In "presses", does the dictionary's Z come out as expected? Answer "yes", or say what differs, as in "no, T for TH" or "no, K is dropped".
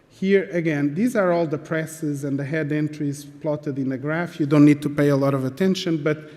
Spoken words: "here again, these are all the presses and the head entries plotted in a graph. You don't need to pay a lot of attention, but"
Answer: yes